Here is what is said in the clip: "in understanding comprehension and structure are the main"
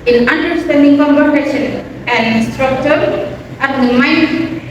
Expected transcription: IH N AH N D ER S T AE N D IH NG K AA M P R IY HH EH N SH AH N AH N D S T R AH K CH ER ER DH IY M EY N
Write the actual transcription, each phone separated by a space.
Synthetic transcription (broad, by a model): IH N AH N D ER S T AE N D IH NG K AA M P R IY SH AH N AH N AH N S T R AH K CH ER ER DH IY M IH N